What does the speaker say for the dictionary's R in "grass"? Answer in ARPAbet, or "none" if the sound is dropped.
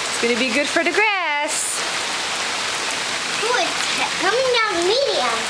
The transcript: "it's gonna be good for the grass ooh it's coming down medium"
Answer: R